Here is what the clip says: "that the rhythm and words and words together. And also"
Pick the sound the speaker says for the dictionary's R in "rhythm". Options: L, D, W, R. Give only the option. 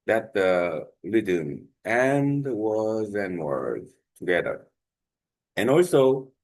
L